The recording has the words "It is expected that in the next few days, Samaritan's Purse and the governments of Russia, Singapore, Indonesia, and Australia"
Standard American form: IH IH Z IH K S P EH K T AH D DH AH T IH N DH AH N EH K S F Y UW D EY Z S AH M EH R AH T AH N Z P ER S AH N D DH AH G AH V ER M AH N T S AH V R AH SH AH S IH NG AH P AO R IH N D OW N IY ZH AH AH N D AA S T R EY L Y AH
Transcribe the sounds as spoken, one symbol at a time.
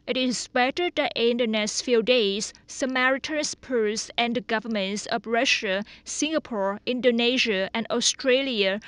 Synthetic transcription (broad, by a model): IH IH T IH S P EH T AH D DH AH T IH N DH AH N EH S F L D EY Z S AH M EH R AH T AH N S P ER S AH N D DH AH G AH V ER M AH N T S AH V R AH SH AH S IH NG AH P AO R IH N D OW N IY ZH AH AH N D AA S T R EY L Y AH